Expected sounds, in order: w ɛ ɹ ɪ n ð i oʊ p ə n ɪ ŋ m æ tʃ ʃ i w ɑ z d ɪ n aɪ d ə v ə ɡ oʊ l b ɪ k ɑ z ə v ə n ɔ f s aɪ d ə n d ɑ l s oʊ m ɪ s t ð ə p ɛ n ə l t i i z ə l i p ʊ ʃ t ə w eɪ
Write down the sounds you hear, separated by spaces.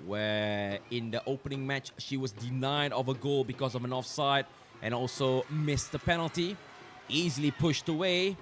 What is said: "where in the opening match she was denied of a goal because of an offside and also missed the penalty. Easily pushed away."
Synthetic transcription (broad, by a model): w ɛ ɪ n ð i oʊ p ə n ɪ ŋ m æ tʃ ʃ i w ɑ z d ɪ n aɪ d ə v ə ɡ oʊ l b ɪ k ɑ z ə v ə n ɔ f s aɪ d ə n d ɑ l s oʊ m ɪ s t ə p ɛ n ə l t i i z ə l i p ʊ ʃ t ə w eɪ